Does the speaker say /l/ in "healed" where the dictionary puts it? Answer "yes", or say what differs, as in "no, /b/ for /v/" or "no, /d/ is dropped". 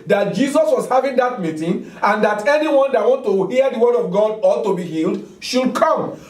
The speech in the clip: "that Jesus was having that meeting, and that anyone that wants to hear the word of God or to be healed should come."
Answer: yes